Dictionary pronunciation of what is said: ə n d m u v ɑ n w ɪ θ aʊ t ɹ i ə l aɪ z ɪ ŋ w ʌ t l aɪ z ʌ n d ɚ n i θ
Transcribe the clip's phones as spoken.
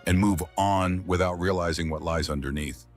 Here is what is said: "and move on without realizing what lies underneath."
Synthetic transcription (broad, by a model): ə n m u v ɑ n w ɪ θ aʊ t ɹ i ə l aɪ z ɪ ŋ w ʌ t l aɪ z ʌ n d ɚ n i θ